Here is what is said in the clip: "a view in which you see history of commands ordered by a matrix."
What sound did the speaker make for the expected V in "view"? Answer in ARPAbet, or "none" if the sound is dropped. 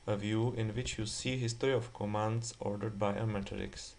V